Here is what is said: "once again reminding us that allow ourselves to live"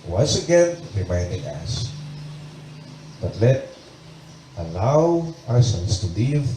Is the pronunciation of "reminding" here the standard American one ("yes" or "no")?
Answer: yes